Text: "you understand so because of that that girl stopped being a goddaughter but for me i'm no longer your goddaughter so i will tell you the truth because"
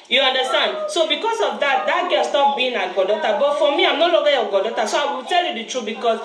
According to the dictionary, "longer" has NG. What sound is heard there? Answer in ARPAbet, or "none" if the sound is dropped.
none